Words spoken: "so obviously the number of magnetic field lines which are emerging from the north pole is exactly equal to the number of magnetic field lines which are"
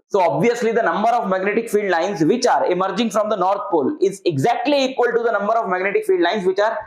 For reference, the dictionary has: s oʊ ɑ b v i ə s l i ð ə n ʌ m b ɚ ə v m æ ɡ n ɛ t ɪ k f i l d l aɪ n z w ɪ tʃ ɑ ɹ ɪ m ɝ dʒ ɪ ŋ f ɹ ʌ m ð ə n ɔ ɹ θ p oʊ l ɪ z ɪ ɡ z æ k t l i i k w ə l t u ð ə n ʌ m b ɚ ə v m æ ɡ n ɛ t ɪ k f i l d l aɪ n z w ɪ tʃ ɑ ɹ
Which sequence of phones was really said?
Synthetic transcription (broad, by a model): s oʊ ɑ b v i ə s l i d ə n ʌ m b ɚ ə v m æ ɡ n ɛ t ɪ k f i l d l aɪ n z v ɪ tʃ ɑ ɹ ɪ m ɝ dʒ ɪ ŋ f ɹ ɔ m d ə n ɔ ɹ t p oʊ l ɪ z ɪ ɡ z æ k t l i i k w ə l t u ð ə n ʌ m b ɚ ə v m æ ɡ n ɛ t ɪ k f i l d l aɪ n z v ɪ tʃ ɑ ɹ